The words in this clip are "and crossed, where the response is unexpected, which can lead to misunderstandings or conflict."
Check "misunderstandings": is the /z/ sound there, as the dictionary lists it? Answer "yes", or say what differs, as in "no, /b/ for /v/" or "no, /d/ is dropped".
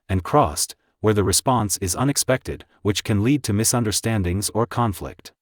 yes